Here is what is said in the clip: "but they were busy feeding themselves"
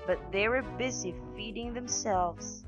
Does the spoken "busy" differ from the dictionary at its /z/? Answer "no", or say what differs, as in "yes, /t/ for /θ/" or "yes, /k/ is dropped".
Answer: no